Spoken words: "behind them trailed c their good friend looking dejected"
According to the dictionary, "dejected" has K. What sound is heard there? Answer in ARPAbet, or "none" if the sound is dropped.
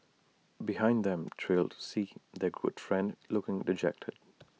K